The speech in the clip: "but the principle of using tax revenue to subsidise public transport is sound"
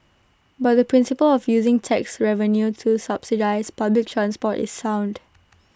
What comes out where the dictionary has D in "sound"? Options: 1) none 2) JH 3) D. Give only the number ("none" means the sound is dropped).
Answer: 3